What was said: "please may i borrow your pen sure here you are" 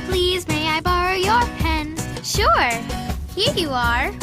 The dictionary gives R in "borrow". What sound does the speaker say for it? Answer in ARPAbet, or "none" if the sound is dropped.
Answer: R